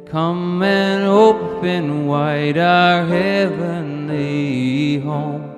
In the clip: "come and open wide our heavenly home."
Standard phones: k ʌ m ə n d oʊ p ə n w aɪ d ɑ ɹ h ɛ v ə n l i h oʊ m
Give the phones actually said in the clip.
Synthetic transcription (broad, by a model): k ʌ m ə n oʊ p ə n w aɪ d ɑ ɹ h ɛ v ə n l i h oʊ m